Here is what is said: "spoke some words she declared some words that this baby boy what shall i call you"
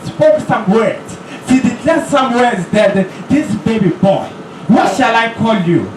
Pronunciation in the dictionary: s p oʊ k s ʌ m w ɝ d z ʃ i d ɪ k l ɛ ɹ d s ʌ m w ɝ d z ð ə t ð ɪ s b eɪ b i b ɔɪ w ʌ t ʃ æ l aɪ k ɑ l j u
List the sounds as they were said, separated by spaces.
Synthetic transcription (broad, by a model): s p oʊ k s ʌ m w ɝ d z s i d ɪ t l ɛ s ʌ m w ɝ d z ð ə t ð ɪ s b eɪ b i b ɔɪ w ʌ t ʃ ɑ l aɪ k ɑ l j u